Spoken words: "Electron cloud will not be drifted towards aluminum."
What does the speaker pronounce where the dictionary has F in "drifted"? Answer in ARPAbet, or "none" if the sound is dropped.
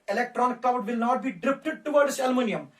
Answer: P